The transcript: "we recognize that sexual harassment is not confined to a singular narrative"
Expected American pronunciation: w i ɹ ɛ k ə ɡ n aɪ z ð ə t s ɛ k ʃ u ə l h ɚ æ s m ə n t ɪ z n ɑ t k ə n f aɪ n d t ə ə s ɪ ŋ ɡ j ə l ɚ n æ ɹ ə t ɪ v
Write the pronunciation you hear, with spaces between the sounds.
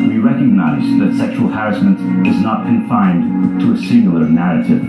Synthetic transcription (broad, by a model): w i ɹ ɛ k ə ɡ n aɪ z ð ə t s ɛ k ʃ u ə l h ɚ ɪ s m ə n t ɪ z n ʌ t k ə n f aɪ n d t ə ə s ɪ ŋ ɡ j l ɚ n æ ɹ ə t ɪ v